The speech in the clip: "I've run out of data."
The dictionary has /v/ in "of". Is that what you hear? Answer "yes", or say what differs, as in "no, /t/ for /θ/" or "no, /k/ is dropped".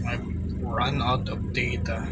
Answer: no, /p/ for /v/